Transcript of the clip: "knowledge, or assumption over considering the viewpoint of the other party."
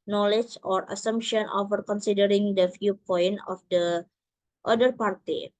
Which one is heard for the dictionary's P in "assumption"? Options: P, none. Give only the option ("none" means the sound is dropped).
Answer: P